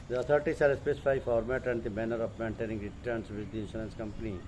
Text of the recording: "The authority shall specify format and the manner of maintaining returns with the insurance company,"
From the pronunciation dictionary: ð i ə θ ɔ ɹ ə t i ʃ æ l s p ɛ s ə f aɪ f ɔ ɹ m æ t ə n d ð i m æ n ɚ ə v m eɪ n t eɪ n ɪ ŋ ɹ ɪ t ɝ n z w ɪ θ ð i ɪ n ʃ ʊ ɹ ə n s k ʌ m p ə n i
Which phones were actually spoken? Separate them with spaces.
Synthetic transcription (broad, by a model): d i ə t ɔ ɹ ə t i s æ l s p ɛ s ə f aɪ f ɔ ɹ m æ t ə n d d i m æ n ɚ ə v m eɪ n t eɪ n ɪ ŋ ɹ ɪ t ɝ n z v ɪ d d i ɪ n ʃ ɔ l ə n s k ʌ m p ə n i